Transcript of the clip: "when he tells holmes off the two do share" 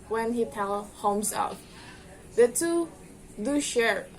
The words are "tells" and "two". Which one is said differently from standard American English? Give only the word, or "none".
tells